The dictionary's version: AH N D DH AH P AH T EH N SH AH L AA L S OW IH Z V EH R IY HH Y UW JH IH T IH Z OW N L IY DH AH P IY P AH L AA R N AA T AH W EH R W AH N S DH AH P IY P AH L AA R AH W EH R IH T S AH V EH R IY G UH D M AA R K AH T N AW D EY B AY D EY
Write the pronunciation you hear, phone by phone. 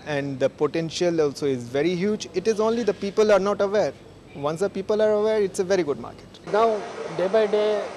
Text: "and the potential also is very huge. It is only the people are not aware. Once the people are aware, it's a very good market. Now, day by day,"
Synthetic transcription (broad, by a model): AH N D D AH P AH T EH N SH AH L AA L S OW IH Z V EH R IY HH Y UW JH IH T IH Z OW N L IY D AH P IY P AH L AA R N AA T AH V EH R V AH N S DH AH P IY P AH L AA R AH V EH R IH T S AH V EH R IY G UH D M AA R K AH T N AW D EY B AY D EY